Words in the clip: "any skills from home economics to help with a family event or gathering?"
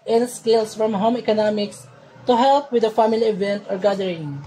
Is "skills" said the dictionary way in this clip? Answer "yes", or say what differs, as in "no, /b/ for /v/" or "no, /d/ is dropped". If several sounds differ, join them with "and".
no, /s/ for /z/